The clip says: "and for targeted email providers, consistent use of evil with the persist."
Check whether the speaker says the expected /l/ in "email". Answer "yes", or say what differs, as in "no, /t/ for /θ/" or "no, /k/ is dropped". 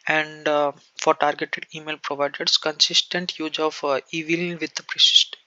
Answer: yes